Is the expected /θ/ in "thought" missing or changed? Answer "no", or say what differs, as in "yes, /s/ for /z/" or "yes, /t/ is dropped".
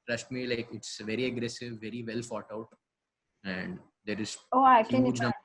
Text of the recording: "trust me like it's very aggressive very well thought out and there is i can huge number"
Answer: yes, /f/ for /θ/